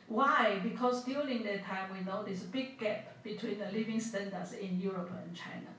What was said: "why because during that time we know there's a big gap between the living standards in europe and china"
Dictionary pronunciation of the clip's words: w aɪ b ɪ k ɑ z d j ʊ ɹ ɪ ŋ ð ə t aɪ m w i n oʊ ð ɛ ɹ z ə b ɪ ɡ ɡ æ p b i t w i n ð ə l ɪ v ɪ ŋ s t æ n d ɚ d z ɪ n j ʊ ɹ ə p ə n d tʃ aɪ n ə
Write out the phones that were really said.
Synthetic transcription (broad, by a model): w aɪ b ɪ k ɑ s d j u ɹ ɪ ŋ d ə t aɪ m w i n oʊ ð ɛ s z ə b ɪ ɡ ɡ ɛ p b i t w i n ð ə l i v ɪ ŋ s t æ n d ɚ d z ɪ n j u ɹ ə p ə n tʃ aɪ n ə